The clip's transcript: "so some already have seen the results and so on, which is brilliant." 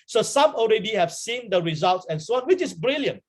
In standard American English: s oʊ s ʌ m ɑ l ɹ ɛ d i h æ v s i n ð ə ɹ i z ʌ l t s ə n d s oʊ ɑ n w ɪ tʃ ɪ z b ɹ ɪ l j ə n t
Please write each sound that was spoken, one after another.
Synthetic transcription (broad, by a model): s oʊ s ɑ m ɑ l ɹ ɛ d i h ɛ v s i n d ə ɹ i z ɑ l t s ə n s oʊ ɑ n w ɪ tʃ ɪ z b ɹ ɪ l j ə n t